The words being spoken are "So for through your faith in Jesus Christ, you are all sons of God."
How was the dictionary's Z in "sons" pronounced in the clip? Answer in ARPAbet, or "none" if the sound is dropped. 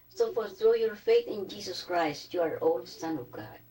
none